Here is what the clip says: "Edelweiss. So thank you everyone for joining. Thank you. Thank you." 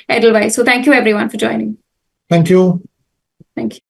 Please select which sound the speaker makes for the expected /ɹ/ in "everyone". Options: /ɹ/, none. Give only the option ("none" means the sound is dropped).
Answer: /ɹ/